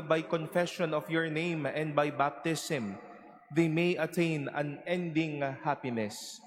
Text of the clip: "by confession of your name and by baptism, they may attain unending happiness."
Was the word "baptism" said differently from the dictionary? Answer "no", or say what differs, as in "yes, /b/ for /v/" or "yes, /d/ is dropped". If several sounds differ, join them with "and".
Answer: yes, /s/ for /z/